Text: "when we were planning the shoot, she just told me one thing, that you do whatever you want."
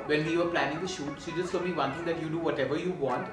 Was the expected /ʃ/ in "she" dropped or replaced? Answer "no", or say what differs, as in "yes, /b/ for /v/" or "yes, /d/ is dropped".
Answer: yes, /s/ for /ʃ/